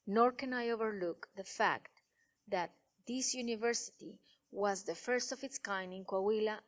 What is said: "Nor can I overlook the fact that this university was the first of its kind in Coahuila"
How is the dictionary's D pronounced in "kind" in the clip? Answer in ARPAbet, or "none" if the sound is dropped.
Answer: none